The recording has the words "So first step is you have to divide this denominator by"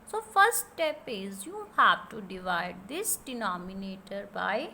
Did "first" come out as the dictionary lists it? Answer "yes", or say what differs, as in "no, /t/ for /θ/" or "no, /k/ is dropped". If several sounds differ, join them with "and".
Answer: no, /s/ is dropped